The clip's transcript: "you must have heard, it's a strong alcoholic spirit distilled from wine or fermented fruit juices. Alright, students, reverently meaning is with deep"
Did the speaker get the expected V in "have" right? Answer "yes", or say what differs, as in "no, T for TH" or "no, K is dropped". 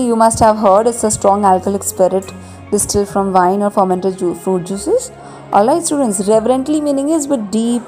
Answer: yes